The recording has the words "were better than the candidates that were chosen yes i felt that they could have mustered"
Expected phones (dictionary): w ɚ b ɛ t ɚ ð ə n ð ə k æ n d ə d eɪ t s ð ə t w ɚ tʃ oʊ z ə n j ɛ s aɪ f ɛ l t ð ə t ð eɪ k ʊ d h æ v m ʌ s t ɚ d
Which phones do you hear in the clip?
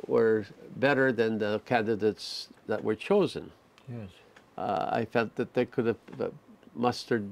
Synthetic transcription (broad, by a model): w ɚ b ɛ t ɚ ð ə n ð ə k æ n d ə d eɪ t s ð ə t w ɚ tʃ oʊ z ə n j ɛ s aɪ f ɛ l t ð ə t ð eɪ k ʊ d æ v m ʌ s t ɚ d